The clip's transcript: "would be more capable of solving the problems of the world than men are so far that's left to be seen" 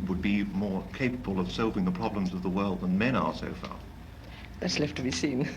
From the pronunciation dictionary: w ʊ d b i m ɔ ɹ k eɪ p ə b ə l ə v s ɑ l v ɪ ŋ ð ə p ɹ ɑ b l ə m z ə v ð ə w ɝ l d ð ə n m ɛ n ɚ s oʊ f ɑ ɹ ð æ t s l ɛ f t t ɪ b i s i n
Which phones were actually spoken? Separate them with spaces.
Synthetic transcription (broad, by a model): w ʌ d b i m ɔ ɹ k eɪ p ə b ə l ə v s ɑ l v ɪ ŋ ð ə p ɹ ɑ b l ə m z ə v ð ə w ɝ l d ð ə n m ɛ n ɚ s oʊ f ɑ ɹ ð æ t s l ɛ f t t ɪ b i s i n